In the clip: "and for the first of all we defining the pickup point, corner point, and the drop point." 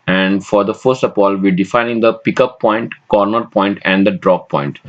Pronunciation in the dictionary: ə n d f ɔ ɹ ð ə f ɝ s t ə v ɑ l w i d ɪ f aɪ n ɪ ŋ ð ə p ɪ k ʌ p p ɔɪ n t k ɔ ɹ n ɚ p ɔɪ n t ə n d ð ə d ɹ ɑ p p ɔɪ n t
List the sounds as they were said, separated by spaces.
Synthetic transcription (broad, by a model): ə n d f ɔ ɹ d ə f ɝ s t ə p ɑ l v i d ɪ f aɪ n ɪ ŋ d ə p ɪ k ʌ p p ɔɪ n t k ɔ ɹ n ɚ p ɔɪ n t ə n d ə d ɹ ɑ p p ɔɪ n t